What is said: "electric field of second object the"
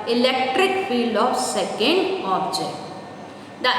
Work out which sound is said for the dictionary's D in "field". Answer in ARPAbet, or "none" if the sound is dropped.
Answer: D